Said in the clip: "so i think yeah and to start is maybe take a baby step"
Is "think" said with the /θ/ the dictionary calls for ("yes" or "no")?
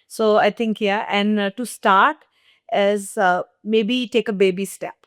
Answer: no